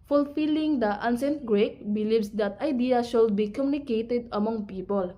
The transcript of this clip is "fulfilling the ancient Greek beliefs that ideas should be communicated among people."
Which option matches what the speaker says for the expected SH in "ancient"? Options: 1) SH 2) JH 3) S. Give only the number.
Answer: 3